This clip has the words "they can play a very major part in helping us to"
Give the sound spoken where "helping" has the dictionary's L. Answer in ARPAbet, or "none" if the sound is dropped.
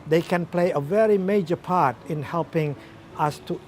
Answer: L